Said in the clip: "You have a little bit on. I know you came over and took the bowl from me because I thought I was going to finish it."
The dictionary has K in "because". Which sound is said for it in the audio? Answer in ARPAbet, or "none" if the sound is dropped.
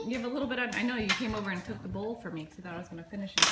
none